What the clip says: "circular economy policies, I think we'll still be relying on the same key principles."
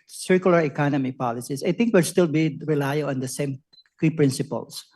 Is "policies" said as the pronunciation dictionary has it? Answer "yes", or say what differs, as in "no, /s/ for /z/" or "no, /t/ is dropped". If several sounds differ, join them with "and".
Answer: no, /s/ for /z/